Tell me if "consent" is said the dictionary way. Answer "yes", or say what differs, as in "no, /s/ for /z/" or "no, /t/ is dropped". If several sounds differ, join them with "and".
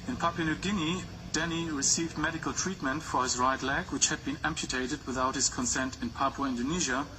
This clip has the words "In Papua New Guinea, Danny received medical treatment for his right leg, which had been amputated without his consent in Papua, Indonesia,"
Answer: yes